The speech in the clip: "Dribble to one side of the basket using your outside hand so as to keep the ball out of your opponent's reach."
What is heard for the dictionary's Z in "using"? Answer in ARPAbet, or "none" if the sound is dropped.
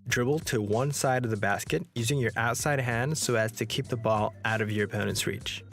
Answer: Z